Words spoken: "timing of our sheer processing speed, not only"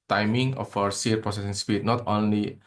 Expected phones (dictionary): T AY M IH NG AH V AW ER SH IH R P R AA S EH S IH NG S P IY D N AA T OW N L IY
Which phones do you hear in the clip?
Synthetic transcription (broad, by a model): T AY M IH NG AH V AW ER S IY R P R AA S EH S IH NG S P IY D N AA T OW N L IY